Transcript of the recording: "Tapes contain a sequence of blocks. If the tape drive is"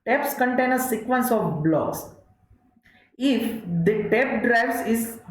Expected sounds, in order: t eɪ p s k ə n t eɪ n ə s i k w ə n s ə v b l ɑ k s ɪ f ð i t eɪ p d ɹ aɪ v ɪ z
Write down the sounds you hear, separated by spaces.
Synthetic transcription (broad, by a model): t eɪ p s k ə n t eɪ n ə s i k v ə n s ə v b l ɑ s ɪ f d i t eɪ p d ɹ aɪ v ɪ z